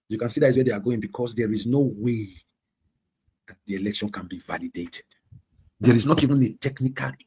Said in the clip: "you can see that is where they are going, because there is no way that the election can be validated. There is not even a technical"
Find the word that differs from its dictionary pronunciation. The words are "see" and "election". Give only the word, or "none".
none